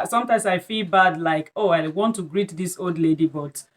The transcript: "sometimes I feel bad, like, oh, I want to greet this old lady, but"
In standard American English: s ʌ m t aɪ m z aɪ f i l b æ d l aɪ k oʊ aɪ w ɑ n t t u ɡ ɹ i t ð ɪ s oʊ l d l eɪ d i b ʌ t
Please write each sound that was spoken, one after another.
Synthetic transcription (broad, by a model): s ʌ m t aɪ m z aɪ f i l b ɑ d l aɪ k oʊ aɪ w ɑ n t t u ɡ ɹ i t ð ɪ s oʊ l d l eɪ d i b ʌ t